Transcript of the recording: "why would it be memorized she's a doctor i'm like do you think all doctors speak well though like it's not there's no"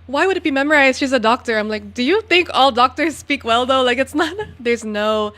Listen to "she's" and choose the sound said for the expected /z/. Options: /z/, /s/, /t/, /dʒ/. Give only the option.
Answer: /z/